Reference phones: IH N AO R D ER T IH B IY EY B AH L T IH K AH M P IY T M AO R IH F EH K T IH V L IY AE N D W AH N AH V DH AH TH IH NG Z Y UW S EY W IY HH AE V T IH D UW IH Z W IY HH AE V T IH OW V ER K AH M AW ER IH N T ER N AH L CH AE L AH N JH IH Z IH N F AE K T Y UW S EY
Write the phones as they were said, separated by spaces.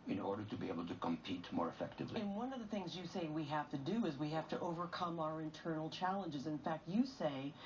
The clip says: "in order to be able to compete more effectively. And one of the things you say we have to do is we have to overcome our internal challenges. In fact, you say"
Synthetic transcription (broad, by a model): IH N AO R D ER T IH B IY EY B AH L T IH K AH M P IY T M AO R IH F EH K T IH V L IY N W AH N AH V DH AH TH IH NG Z Y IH S EY W IY HH AE F T IH D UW IH Z W IY HH AE F T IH OW V ER K AH M AW ER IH N T ER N L CH AE L AH N JH IH Z IH N F AE K T Y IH S EY